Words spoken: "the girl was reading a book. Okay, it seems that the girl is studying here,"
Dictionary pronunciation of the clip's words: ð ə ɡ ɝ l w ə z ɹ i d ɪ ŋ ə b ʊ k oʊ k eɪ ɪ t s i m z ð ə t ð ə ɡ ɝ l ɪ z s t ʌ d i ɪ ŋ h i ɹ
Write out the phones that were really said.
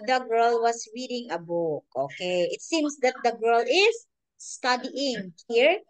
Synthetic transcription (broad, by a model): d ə ɡ ɝ l w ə s ɹ i d ɪ ŋ ə b ʊ k oʊ k eɪ ɪ t s i m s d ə t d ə ɡ ɝ l ɪ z s t ʌ d i ɪ ŋ h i ɹ